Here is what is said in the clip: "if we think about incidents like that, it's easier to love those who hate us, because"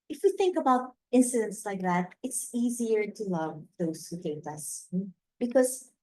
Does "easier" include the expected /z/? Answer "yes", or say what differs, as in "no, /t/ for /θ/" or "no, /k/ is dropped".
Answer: yes